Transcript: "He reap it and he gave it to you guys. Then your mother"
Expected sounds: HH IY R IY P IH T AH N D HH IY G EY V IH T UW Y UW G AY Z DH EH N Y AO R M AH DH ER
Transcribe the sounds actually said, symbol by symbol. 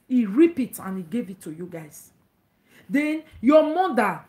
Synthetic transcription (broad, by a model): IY R IY P IH T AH N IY G EY V IH T UW Y UW G AY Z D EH N Y AO M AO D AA